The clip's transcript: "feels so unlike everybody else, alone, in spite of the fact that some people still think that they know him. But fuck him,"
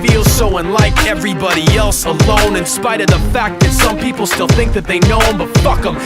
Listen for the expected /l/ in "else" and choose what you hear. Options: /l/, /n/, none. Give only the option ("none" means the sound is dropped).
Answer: /l/